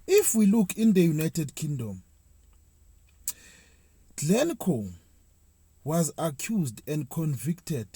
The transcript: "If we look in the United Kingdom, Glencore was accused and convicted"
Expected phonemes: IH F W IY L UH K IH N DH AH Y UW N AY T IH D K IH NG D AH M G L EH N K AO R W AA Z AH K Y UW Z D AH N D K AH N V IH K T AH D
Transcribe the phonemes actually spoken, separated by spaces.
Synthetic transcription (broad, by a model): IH F W IY L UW K IH N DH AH Y UW N AY T IH D K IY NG D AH M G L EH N K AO W AA Z AH K Y UW Z D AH N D K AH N V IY K T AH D